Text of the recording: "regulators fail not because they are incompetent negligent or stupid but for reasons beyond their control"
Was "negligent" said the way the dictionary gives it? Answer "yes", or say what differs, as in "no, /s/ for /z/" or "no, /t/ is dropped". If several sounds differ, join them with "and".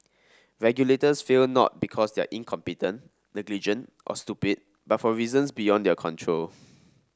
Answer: yes